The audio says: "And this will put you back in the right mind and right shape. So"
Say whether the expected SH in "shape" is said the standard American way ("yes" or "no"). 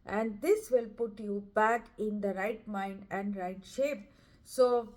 yes